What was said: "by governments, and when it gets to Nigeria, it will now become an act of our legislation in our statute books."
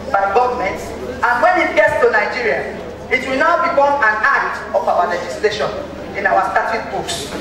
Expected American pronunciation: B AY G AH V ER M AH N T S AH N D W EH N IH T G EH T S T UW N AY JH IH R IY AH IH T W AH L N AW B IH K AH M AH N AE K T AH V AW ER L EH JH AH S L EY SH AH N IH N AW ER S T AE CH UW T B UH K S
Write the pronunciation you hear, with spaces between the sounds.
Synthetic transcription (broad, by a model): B AY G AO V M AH N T AH N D W EH N IH T G EH T S T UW N AY JH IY R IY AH IH T W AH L N AW B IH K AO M AH N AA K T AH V AW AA L EH JH AH S L EY SH AH N IH N AW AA S T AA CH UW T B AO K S